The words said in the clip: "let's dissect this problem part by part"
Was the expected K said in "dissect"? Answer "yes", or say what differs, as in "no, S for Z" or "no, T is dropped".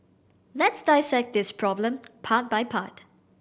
yes